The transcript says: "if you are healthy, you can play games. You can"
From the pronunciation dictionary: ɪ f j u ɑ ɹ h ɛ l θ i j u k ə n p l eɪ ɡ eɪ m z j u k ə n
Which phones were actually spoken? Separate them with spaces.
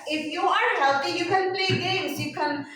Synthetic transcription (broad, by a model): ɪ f j u ɑ ɹ h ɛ l t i j u k ə n p l eɪ ɡ eɪ m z j u k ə n